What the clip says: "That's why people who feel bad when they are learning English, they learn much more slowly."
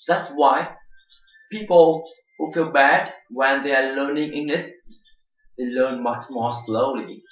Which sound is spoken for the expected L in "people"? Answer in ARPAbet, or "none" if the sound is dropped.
L